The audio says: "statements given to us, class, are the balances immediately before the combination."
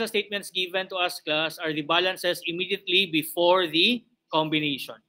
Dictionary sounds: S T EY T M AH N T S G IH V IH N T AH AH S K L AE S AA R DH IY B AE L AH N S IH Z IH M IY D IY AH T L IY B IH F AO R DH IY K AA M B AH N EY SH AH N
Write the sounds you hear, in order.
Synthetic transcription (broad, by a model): S T EY T M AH N T S G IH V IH N T AH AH S K L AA S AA R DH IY B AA L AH N S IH S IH M IY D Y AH T L IY B IH F AO R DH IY K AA M B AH N EY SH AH N